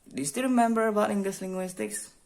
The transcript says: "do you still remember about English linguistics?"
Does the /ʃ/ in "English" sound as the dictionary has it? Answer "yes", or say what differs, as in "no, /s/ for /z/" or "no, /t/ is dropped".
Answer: no, /s/ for /ʃ/